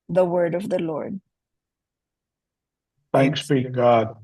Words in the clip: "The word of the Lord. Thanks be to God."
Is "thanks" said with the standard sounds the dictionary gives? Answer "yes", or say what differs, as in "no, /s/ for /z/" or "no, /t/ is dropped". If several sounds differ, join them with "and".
yes